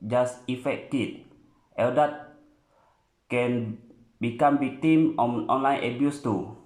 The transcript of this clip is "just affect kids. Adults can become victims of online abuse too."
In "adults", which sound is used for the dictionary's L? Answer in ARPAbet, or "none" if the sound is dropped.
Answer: none